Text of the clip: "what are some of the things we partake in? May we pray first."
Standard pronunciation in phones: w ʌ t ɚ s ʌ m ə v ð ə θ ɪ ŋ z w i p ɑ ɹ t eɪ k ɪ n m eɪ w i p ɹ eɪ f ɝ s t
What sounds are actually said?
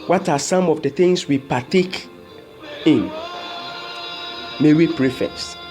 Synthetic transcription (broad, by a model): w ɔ t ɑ s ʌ m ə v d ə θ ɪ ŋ s w i p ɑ t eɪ k ɪ n m eɪ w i p ɹ eɪ f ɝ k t